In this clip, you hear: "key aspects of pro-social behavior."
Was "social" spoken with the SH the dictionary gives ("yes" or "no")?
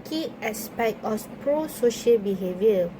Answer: yes